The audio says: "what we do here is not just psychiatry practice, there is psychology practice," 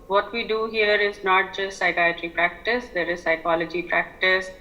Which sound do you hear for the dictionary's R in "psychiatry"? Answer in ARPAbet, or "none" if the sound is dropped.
R